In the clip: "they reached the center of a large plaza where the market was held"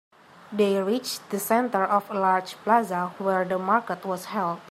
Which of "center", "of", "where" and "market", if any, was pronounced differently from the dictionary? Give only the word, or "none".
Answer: of